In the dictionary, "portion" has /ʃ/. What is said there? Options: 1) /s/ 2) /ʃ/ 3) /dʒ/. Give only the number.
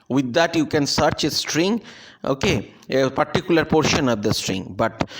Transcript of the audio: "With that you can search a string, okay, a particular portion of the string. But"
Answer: 2